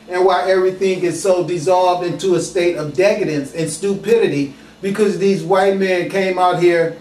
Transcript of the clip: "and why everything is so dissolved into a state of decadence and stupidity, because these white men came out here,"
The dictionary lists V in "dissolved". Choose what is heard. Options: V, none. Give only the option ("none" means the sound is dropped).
V